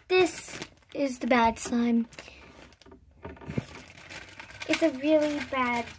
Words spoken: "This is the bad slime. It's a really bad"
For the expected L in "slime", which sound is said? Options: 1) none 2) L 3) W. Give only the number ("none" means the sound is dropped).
1